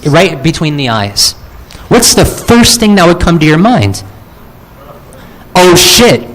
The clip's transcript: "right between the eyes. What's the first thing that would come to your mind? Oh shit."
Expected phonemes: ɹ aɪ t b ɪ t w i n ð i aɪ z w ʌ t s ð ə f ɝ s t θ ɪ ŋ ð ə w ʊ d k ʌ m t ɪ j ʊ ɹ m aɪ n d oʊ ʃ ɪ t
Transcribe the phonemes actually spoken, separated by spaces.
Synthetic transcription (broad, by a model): ɹ aɪ t b ɪ t w i n ð i aɪ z w ʌ t s ð ə f ɝ s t θ ɪ ŋ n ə w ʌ d k ʌ m t ɪ j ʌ ɹ m aɪ n d oʊ ʃ ɪ t